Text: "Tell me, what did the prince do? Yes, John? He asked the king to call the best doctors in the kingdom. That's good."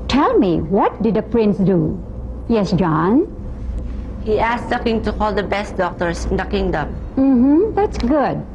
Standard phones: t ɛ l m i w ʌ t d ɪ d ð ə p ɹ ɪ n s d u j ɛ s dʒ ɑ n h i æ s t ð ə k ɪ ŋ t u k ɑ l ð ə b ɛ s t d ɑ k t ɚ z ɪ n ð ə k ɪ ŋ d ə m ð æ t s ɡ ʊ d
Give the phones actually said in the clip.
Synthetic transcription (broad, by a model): t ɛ l m i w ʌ t d ɪ d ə p ɹ ɪ n s d u j ɛ s dʒ ɑ n h i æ s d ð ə k ɪ ŋ t u k ɑ l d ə b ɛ s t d ɑ k t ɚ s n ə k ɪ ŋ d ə m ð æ t s ɡ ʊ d